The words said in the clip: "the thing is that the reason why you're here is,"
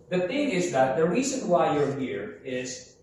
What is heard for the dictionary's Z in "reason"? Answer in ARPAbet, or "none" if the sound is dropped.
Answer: Z